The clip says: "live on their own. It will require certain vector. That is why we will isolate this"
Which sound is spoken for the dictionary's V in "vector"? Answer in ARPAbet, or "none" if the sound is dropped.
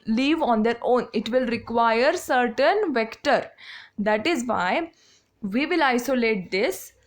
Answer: V